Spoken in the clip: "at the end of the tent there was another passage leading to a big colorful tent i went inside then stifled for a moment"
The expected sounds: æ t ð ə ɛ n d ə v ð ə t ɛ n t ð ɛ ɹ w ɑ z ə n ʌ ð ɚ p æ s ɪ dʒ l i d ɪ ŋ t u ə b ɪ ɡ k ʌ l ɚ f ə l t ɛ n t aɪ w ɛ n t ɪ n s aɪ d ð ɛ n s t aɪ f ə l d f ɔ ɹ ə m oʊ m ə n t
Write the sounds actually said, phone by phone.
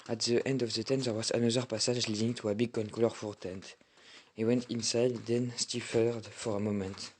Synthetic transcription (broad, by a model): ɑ t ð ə ɛ n d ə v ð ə t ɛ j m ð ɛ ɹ w ɑ z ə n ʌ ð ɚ p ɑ s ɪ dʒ l i d ɪ ŋ t u ə b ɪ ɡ k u l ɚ f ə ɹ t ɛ n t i w ɛ n t ɪ n s aɪ d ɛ n s t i f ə d f ɔ ɹ ə m oʊ m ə n t